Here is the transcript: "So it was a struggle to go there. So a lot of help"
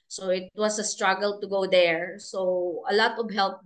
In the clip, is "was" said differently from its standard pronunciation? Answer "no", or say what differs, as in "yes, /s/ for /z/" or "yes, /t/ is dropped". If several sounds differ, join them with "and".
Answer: yes, /s/ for /z/